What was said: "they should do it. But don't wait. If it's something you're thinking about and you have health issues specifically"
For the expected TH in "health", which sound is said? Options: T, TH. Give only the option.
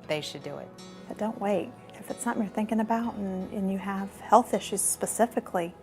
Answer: TH